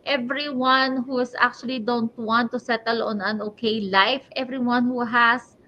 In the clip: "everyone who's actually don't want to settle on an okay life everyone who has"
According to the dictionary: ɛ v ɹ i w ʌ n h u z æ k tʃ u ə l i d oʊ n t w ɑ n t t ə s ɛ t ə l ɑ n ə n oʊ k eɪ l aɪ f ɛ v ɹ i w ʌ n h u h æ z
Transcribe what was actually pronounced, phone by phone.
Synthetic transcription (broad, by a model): ɛ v ɹ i w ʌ n h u s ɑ k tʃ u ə l i d oʊ n t w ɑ n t t ə s ɛ t ə l ɑ n ə n oʊ k eɪ l aɪ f ɛ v ɹ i w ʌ n h u h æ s